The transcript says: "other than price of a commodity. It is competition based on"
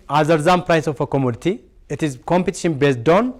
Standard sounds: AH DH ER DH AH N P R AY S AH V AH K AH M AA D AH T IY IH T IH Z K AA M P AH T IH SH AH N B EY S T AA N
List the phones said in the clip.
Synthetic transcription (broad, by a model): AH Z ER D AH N P R AY S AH F AH K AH M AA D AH T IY IH T IH Z K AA M P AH T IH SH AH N B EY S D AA N